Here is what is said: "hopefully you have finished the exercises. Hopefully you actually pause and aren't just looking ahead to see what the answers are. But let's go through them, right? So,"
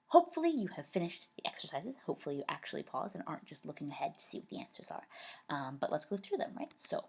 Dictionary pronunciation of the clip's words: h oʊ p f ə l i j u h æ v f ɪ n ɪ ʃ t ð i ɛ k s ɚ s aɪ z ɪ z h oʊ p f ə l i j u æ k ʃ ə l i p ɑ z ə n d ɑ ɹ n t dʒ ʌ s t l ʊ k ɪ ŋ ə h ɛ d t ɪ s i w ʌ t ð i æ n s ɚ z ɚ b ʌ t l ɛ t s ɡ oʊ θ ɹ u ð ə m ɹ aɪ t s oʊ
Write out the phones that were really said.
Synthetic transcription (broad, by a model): h oʊ p f l i j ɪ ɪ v f ɪ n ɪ ʃ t ð i ɛ k s ɚ s aɪ z ɪ z h oʊ p f l i j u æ k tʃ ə l i p ɑ z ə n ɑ ɹ n dʒ ʌ s t l ʊ k ɪ ŋ ə h ɛ d t ɪ s i w ʌ t ð i æ n s ɚ z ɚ b ʌ t l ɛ t s ɡ oʊ θ ɹ u ð ə m ɹ aɪ t s oʊ